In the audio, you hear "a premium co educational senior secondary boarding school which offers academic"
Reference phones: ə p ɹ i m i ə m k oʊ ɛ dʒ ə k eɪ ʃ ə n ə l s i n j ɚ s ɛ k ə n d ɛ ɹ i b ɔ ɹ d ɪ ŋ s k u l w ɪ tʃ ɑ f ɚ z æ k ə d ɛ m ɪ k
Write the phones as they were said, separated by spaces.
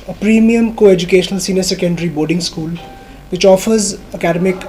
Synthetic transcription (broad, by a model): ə p ɹ i m i ə m k oʊ ɛ dʒ ə k eɪ ʃ ə n ə l s i n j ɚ s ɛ k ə n d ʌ ɹ i b ɔ ɹ d ɪ ŋ s k u l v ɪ tʃ ɑ f ɚ z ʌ k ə d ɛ m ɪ k